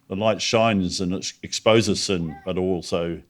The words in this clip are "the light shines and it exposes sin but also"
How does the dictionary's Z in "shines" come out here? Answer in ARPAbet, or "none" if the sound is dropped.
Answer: Z